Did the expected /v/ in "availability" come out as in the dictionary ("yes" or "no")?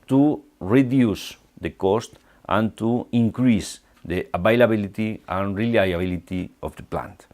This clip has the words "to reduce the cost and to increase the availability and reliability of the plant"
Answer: no